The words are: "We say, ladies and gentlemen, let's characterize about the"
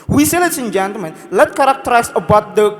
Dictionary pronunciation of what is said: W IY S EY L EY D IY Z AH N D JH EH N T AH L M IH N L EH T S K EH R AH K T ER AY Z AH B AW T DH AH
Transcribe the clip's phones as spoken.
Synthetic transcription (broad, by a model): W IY S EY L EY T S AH N JH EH N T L M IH N L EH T K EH R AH K T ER AY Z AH B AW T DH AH